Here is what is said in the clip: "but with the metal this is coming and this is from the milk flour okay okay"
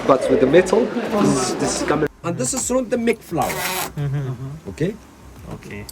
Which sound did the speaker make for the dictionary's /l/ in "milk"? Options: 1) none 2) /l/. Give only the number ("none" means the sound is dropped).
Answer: 1